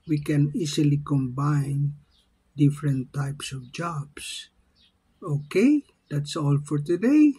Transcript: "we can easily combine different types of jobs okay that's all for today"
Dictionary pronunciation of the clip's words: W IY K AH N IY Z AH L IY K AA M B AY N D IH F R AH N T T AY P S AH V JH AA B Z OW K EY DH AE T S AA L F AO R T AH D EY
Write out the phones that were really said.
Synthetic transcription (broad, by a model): W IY K AH N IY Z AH L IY K AA M B AY N D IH F R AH N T T AY P S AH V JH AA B S OW K EY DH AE T S AA L F AO R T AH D EY